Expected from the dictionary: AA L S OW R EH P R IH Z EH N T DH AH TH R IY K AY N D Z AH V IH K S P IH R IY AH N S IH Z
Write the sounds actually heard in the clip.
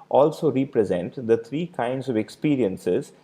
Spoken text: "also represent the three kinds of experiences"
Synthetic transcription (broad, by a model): AA L S OW R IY P R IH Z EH N T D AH T R IY K AY N D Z AH V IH K S P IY R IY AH N S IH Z